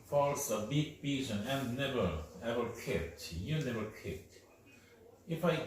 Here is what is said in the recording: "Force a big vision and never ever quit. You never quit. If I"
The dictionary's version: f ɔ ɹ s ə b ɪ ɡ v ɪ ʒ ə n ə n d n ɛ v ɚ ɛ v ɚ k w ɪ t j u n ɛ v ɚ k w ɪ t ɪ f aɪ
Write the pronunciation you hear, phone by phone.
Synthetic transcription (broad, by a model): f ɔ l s ə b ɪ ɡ b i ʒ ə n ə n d n ɛ v ɚ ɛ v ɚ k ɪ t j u n ɛ v ɚ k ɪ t ɪ f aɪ